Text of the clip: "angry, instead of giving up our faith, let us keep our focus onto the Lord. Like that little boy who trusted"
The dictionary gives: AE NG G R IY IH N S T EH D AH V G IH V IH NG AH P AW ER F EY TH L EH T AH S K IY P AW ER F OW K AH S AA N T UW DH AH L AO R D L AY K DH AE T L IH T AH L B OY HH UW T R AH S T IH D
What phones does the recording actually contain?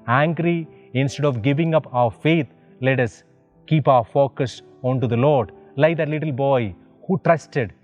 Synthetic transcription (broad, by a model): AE NG G R IY IH N S T EH D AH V G IH V IH NG AH P AW ER F EY T L EH T AH S K IY P AW ER F OW K AH S AA N T UW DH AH L AO R D L AY K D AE T L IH T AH L B OY HH UW T R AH S T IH D